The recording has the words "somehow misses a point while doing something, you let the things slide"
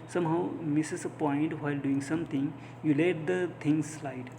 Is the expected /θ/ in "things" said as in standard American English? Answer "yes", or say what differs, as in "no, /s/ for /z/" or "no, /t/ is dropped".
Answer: no, /t/ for /θ/